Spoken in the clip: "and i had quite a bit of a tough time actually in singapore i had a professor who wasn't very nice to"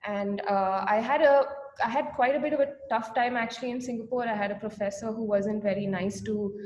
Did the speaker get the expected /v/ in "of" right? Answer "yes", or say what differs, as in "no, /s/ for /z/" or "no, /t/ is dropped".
yes